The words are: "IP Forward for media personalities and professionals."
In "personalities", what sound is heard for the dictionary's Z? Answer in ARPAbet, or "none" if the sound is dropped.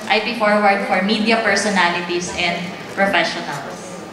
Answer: S